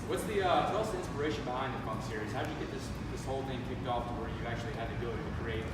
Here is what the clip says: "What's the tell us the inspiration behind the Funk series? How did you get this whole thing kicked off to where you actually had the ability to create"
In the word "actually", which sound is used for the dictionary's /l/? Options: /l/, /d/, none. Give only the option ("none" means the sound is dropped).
none